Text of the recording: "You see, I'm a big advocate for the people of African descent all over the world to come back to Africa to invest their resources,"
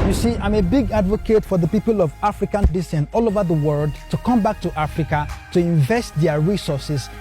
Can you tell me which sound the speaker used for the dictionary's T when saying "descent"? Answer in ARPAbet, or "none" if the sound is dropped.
none